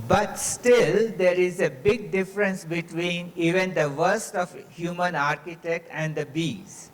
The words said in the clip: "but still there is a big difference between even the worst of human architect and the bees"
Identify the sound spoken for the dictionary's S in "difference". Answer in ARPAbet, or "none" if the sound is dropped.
S